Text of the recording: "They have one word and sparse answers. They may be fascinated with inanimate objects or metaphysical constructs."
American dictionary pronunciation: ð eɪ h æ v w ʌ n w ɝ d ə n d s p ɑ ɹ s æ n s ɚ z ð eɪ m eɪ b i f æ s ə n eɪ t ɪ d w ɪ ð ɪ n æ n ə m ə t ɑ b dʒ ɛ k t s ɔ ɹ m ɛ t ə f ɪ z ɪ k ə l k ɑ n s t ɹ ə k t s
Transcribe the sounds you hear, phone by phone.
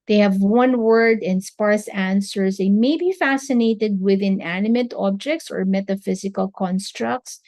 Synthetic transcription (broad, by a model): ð eɪ h æ v w ʌ n w ɝ d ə n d s p ɑ ɹ s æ n s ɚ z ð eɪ m eɪ b i f æ s ə n eɪ t ɪ d w ɪ ð ɪ n æ n ə m ə t ɑ b dʒ ɛ k t s ɔ ɹ m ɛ t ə f ɪ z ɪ k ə l k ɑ n s t ɹ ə k t s